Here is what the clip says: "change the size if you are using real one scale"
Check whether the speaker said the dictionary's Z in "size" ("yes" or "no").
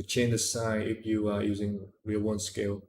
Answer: no